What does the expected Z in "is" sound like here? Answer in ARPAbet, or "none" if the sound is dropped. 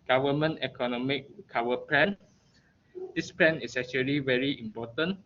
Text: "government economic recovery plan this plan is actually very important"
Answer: S